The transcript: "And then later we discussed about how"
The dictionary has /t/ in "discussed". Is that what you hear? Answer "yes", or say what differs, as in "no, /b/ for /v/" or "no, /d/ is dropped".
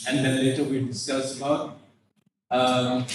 no, /t/ is dropped